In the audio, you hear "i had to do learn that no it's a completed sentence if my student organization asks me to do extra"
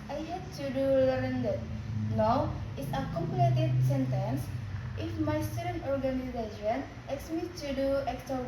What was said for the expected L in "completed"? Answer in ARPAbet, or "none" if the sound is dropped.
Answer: none